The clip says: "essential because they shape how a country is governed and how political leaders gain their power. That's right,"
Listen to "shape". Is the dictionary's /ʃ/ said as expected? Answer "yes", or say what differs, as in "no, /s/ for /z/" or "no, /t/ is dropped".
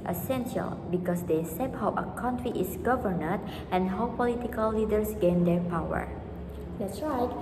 no, /s/ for /ʃ/